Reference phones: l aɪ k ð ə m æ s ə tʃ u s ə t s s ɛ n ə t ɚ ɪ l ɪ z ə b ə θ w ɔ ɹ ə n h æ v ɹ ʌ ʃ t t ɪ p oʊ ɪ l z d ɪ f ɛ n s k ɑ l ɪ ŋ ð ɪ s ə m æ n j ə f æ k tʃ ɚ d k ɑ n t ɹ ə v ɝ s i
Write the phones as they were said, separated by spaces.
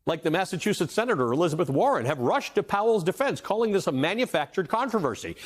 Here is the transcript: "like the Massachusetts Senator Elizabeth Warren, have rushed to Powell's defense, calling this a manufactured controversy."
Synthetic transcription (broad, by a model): l aɪ k ð ə m æ s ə tʃ u s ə t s s ɛ n ə t ɚ ɪ l ɪ z ə b ə θ w ɔ ɹ ə n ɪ v ɹ ʌ ʃ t t ɪ p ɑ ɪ l z d ɪ f ɛ n s k ɑ l ɪ ŋ ð ɪ s ə m æ n j ə f æ k tʃ ɚ d k ɑ n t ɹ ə v ɝ s i